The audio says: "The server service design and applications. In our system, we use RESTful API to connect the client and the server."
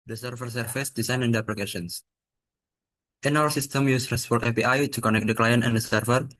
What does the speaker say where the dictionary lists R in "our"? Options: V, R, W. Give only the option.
W